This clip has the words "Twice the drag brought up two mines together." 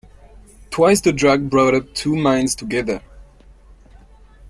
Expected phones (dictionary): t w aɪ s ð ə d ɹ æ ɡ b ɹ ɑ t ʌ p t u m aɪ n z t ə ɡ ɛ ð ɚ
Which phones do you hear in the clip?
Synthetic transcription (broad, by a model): t w aɪ s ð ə d ɹ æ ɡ b ɹ ɑ t ʌ p t u m aɪ n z t ə ɡ ɛ ð ɚ